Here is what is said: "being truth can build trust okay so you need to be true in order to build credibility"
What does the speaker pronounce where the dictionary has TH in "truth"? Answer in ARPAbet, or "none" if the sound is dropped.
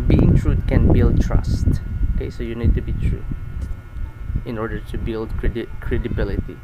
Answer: T